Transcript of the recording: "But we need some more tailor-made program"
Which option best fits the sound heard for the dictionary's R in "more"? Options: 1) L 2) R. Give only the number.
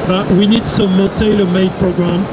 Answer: 1